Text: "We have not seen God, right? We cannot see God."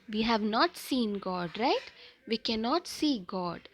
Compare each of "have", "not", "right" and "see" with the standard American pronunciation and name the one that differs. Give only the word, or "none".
none